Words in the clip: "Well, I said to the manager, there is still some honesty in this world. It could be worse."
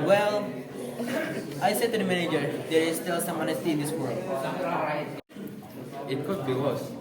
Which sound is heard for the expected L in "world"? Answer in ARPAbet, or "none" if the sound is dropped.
L